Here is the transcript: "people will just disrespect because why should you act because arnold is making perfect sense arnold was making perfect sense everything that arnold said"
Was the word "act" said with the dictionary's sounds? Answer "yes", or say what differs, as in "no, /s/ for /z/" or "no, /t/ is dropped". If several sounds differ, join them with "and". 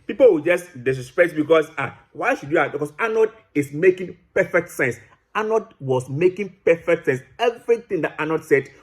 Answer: no, /k/ is dropped